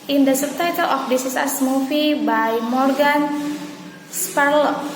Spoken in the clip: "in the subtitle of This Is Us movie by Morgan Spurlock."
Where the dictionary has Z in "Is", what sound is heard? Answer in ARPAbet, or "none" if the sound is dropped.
S